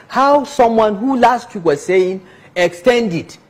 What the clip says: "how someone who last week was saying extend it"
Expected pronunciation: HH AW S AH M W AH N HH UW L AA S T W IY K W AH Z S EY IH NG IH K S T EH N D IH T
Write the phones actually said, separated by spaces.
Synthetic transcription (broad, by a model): HH AW S AH M W AH N HH UW L AA S T W IY K W AH Z S EY IH NG IH K S T EH N D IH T